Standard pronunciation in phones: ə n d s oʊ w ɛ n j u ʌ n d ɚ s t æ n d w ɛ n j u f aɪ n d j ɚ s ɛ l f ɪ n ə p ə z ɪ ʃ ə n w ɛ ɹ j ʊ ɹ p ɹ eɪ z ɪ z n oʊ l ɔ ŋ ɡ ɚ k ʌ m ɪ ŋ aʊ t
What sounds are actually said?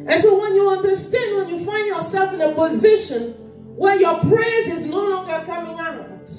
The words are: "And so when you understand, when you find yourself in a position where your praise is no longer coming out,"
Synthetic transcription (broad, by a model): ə n s oʊ w ɛ n j u ʌ n d ɚ s t æ n d w ɛ n j u f aɪ n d j ɚ s ɛ l f ɪ n ə p ə z ɪ ʃ ə n w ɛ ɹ j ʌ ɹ p ɹ eɪ z ɪ z n oʊ l ɔ ŋ ɡ ɚ k ʌ m ɪ ŋ aʊ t